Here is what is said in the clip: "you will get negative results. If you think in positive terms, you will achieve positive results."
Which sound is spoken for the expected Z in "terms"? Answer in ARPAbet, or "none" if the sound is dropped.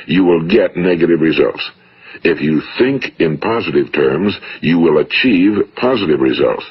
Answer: Z